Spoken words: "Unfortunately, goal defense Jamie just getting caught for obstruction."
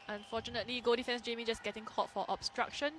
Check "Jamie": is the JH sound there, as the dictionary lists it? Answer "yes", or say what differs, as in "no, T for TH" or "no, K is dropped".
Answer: yes